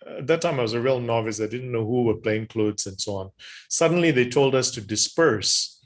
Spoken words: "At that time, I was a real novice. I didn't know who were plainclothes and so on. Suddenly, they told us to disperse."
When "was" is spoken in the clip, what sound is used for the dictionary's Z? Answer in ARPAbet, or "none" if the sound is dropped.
Z